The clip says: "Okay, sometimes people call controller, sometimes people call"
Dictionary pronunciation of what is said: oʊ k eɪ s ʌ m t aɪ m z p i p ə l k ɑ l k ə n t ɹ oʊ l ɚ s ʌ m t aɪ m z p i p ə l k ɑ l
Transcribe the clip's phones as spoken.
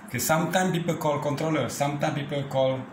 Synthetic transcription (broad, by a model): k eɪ s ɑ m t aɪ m p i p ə k ɑ l k ə n t ɹ oʊ l ɚ s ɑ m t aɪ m p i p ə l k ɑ l